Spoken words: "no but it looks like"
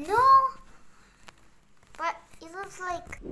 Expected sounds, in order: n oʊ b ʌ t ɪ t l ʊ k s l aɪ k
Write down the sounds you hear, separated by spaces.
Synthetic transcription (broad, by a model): n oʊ b ʌ t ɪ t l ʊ s l aɪ k